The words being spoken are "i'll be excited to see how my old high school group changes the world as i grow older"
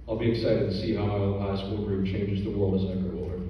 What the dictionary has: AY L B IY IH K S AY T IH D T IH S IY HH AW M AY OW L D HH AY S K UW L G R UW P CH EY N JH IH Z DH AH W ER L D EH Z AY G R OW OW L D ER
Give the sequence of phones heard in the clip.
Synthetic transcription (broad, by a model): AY L B IY IH K S AY T IH D T IH S IY HH AW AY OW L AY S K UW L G R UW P CH EY N JH IH Z DH AH W ER L D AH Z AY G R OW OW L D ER